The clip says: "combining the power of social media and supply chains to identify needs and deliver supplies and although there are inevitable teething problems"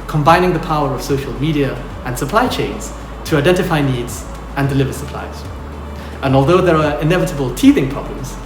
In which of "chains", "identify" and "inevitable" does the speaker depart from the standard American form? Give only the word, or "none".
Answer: none